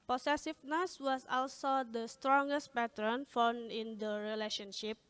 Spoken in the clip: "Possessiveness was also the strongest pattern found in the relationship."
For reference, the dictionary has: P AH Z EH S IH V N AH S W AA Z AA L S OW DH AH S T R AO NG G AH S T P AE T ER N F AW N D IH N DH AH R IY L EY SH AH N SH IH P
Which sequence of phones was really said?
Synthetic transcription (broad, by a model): P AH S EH S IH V N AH S W AA S AA L S OW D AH S T R AO NG G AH S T P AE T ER N F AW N IH N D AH R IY L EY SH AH N SH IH P